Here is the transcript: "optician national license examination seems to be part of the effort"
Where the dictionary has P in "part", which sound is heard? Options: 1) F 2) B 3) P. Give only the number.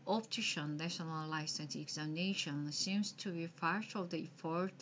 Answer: 1